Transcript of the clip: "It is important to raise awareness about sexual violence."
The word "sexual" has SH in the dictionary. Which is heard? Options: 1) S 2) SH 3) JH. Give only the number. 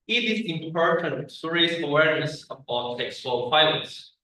1